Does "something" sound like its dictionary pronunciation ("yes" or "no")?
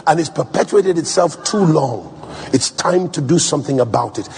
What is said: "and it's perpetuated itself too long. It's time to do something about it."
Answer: yes